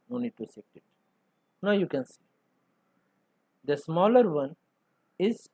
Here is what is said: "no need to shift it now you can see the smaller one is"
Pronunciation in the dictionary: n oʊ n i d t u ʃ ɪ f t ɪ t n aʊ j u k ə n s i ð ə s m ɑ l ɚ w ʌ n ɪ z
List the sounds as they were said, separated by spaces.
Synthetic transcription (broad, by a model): n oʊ n i d t u s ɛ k t ɪ t n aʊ j u k ə n s i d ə s m ɑ l ɚ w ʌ n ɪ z